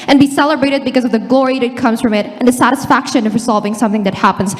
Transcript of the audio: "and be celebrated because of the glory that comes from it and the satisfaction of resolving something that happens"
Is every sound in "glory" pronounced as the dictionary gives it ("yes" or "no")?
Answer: yes